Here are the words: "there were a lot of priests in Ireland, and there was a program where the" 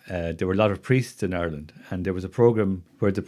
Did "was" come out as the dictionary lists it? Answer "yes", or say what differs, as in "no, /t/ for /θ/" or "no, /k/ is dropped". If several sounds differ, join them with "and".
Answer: yes